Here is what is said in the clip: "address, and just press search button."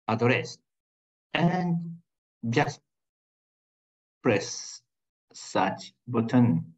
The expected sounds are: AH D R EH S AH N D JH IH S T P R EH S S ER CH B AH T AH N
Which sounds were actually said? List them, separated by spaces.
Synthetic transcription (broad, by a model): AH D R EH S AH N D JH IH S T P R EH S S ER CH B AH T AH N